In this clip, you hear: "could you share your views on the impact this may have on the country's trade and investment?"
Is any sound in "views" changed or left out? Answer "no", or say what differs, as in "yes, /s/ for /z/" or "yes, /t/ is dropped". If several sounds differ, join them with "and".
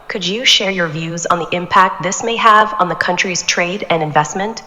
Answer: no